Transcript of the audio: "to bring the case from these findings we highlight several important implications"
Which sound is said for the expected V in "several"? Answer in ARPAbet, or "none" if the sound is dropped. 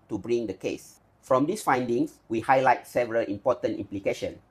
V